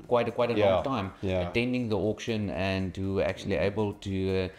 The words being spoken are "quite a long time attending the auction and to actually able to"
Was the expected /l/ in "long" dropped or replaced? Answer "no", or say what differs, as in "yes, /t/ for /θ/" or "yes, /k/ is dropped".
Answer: yes, /w/ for /l/